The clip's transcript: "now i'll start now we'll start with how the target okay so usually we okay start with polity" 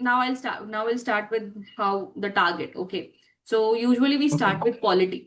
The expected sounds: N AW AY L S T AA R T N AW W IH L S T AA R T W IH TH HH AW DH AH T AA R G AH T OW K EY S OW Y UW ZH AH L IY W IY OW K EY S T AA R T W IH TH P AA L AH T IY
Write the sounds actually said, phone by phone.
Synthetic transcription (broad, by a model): N AW AY L S T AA N AW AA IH L S T AA R T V IH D HH AW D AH T AA R G AH T OW K EY S OW Y UW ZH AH IY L IY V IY S T AA R T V IH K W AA L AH T IY